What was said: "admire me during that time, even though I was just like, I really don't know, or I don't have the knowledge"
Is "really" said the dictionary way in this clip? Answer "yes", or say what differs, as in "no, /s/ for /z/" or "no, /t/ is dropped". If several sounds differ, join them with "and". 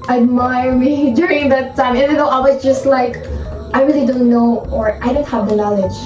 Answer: yes